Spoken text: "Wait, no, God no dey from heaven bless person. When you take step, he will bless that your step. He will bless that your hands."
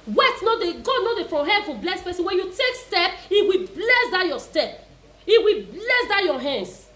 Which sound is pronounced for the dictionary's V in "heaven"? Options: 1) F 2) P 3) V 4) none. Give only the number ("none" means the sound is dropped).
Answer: 1